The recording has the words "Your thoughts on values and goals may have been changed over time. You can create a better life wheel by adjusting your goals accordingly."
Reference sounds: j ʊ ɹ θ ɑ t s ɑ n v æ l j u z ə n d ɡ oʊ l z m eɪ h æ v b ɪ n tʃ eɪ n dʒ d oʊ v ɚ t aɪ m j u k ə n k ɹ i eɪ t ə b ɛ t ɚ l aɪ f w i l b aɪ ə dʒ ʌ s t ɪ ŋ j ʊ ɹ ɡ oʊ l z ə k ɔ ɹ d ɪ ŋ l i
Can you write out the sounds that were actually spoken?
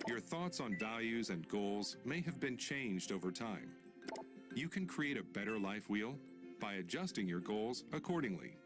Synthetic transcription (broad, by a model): j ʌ ɹ θ ɑ t s n v æ l j u z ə n ɡ oʊ l z m eɪ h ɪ v b ɪ n tʃ eɪ n dʒ d oʊ v ɚ t aɪ m j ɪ k ə n k ɹ i eɪ t ə b ɛ t ɚ l aɪ f w i l b aɪ ə dʒ ʌ s t ɪ ŋ j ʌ ɹ ɡ oʊ l z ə k ɔ ɹ d ɪ ŋ l i